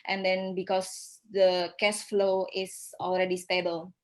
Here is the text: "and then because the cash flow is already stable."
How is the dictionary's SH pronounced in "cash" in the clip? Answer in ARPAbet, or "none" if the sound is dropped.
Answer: S